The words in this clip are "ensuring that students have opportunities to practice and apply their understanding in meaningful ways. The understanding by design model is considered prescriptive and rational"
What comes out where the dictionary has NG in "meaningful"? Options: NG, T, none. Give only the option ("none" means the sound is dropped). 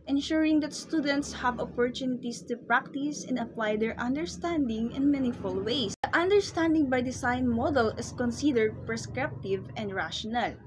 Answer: none